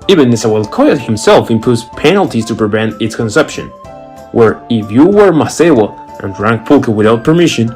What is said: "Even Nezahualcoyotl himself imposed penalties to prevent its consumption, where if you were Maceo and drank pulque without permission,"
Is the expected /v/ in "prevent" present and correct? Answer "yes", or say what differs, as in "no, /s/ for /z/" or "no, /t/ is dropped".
yes